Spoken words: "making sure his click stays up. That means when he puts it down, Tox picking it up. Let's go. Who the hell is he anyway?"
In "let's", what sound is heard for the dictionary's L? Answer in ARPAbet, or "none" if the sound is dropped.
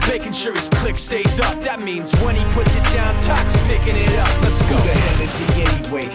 N